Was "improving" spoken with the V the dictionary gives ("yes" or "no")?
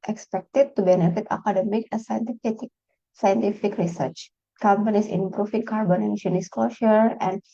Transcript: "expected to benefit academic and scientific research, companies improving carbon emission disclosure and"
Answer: no